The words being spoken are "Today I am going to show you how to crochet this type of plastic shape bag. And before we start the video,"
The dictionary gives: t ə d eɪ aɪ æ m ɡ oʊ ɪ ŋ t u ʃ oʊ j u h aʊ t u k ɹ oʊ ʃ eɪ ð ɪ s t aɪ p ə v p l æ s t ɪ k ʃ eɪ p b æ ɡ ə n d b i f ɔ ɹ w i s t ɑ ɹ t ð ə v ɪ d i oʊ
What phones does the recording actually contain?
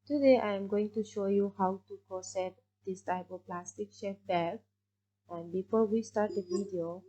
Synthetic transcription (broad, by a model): t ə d eɪ aɪ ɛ m ɡ oʊ ɪ ŋ t u ʃ oʊ j u h aʊ t u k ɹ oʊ s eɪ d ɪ s t aɪ p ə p l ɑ s t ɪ k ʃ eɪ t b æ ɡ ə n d b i f ɔ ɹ w i s t ɑ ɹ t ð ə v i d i oʊ